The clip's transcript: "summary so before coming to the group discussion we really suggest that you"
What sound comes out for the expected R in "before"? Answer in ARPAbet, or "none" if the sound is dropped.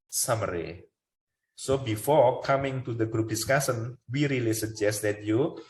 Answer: R